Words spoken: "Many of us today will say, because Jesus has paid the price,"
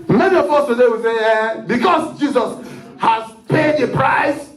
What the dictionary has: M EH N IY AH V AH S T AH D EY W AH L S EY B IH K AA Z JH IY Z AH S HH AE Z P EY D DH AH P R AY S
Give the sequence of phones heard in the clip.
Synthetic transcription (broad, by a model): M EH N IY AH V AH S T AH D EY W AH L S EY B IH K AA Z JH IY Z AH S HH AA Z P EY D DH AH P R AY S